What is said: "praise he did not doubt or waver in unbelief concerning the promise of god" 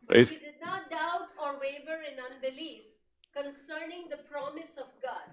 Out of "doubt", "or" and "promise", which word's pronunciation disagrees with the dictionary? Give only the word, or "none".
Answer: none